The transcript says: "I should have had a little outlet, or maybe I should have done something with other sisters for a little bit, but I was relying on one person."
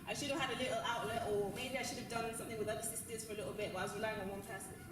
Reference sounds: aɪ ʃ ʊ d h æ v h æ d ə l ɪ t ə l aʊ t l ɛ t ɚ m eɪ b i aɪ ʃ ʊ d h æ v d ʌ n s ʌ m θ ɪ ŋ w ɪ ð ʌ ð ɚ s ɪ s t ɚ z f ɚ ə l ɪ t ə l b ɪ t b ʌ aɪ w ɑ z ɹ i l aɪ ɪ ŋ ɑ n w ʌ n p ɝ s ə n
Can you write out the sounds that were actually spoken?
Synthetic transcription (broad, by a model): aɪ ʃ ʊ d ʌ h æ d ə l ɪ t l aʊ t l ɛ t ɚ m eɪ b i aɪ ʃ ʊ d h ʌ v d ʌ n s ʌ m θ ɪ ŋ w ɪ ð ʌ ɚ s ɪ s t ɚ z f ɚ ə l ɪ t l b ɪ t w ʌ aɪ w ɑ z ɹ i l aɪ ɪ ŋ ɑ n w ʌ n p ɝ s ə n